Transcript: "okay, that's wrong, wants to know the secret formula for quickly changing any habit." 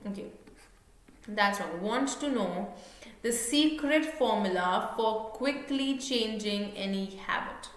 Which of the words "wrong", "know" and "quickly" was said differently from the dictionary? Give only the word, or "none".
wrong